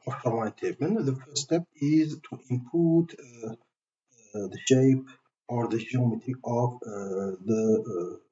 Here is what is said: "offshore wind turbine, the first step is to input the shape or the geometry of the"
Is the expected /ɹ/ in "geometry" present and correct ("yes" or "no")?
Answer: no